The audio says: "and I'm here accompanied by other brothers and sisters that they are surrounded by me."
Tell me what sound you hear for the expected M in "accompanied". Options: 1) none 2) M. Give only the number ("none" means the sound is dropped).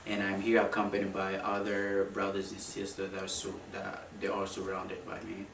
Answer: 2